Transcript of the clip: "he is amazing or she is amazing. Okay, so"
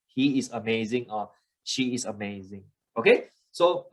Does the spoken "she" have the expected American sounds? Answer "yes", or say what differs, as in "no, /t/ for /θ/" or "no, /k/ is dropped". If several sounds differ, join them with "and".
yes